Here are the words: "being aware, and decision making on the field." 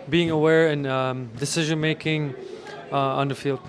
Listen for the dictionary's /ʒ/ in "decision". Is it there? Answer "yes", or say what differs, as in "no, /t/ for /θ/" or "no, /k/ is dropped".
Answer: yes